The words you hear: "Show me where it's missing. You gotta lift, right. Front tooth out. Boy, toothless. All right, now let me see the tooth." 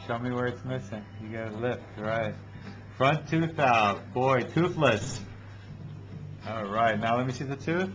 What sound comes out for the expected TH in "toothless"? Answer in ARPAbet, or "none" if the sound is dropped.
TH